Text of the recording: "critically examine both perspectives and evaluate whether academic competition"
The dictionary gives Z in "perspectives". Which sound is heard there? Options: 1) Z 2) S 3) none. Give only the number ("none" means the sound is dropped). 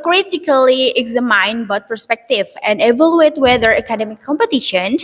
3